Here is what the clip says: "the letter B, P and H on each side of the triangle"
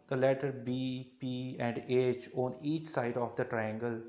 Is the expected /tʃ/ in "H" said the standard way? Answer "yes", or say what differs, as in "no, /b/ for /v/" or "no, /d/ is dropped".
yes